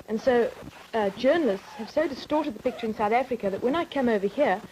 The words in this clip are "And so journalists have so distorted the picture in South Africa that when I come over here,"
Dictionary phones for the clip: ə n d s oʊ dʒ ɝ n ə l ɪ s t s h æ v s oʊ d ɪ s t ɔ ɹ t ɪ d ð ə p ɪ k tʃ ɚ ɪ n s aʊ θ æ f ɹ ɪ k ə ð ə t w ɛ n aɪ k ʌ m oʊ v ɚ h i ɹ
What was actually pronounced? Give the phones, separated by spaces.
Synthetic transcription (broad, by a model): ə n s oʊ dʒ ɝ n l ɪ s t s h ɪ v s oʊ d ɪ s t ɔ ɹ t ɪ d ð ə p ɪ k tʃ ɚ ɪ n s aʊ θ æ f ɹ ɪ k ə ð ə t w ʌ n aɪ k ʌ m oʊ v ɚ h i ɹ